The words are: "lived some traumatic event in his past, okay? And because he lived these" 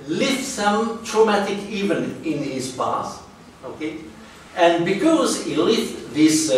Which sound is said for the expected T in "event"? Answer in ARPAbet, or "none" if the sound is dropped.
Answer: none